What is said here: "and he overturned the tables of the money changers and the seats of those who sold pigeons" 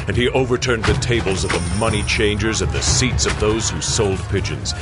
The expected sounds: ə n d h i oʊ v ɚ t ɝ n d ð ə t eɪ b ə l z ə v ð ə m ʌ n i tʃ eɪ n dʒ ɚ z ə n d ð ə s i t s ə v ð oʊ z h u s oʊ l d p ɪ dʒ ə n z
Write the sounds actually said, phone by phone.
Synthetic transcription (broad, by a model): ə n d i oʊ v ɚ t ɝ n d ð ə t eɪ b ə l z ə v ð ə m ʌ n i tʃ eɪ n dʒ ɚ z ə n ð ə s i t s ə v ð oʊ z h u s oʊ l d p ɪ dʒ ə n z